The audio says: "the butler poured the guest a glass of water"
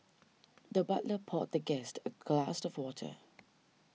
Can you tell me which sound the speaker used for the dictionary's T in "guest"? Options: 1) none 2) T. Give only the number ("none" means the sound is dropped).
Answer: 2